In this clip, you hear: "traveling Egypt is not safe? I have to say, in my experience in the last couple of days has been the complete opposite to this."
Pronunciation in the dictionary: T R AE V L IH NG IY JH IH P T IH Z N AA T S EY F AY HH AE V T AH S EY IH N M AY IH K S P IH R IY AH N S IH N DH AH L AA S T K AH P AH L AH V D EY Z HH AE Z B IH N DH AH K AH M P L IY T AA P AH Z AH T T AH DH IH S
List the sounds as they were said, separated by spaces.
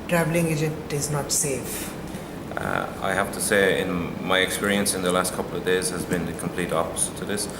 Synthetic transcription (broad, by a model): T R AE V L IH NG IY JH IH T IH Z N AA T S EY F AY HH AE F T AH S EY IH N M AY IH K S P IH R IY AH N S IH N DH AH L AA S T K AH P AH L AH V D EY Z HH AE Z B IH N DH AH K AH M P L IY T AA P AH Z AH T T AH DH IH S